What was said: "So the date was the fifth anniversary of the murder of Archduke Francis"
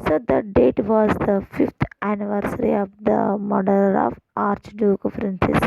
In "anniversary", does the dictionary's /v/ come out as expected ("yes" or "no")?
yes